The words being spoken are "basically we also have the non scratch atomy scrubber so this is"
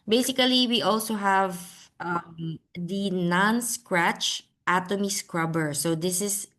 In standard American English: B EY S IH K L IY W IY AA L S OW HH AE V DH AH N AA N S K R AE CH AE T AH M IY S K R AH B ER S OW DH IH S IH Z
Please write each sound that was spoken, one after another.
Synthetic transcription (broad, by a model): B EY S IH K L IY W IY AA L S OW HH AE V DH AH N AA N S K R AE CH AE T AH M IY S K R AH B ER S OW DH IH S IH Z